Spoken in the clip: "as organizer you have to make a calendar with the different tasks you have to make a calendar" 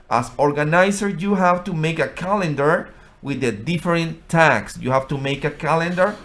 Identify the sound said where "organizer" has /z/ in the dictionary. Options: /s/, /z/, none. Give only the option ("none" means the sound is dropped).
/s/